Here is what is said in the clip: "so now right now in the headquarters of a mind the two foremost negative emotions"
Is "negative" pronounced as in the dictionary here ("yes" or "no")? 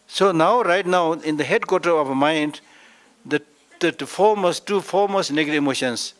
no